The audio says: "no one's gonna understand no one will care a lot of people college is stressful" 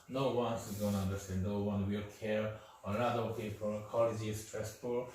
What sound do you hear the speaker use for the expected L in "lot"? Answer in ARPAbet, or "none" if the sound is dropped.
N